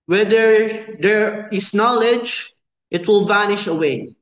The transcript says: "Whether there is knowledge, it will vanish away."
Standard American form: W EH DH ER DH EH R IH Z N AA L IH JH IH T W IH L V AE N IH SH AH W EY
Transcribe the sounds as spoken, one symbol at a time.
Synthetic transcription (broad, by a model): W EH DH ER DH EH R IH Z N AA L IH JH IH T W IH L V AE N IH SH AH W EY